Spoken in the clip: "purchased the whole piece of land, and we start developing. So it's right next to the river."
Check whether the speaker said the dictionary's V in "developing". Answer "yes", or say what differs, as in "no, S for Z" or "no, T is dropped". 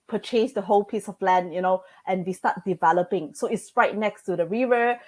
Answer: yes